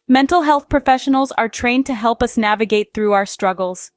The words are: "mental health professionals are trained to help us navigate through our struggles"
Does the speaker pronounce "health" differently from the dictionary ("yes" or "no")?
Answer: no